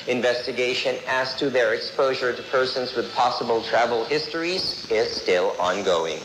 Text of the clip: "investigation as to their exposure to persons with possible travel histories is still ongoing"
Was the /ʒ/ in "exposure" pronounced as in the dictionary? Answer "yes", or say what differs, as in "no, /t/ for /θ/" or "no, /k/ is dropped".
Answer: yes